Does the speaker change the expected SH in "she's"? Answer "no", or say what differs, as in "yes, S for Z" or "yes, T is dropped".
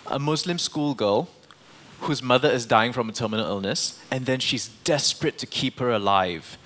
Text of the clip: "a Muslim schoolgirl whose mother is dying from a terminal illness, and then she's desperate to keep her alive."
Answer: no